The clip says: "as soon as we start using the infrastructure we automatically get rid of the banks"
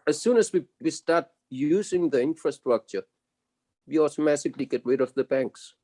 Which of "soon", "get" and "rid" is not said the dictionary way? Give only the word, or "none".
rid